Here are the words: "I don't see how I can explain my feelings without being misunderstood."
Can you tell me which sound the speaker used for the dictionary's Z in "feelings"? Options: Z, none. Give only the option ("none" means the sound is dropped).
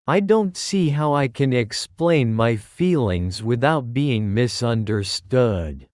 Z